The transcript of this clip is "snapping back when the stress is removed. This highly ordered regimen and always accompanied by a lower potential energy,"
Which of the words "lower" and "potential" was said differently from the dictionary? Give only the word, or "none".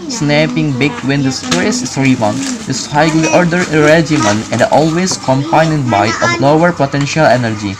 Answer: none